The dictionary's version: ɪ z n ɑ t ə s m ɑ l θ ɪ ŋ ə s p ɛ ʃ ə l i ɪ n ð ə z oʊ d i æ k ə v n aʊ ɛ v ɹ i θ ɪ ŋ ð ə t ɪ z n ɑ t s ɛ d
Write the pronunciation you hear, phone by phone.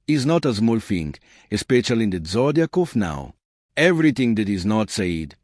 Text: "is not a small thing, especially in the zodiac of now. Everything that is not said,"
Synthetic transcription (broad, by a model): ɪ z n ɑ t ə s m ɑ l f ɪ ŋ ə s p ɛ ʃ ə l i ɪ n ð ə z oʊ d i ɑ k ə f n aʊ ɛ v ɹ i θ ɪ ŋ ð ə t ɪ z n ɑ t s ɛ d